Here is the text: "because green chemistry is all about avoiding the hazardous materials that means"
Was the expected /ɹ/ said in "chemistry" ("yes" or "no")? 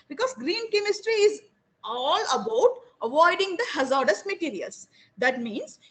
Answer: yes